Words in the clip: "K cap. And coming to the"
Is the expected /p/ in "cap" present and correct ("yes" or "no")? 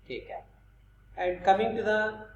no